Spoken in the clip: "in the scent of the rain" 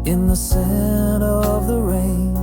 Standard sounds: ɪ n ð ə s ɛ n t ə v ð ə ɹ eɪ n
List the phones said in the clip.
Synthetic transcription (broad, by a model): ɪ n ð ə s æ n ə v ð ə ɹ eɪ n